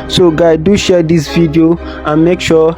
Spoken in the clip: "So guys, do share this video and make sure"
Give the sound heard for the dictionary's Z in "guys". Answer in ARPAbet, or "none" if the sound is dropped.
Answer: none